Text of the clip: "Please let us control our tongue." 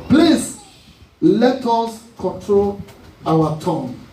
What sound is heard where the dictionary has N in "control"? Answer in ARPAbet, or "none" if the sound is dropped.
N